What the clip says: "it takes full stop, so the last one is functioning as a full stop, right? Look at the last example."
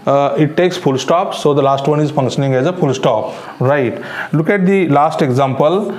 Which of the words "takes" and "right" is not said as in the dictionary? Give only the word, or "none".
none